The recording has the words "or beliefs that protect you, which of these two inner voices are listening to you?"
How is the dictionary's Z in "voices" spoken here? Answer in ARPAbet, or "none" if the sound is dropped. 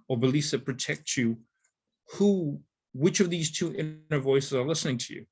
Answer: Z